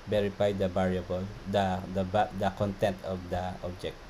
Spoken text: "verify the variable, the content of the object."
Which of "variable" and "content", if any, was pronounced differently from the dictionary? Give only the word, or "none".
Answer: variable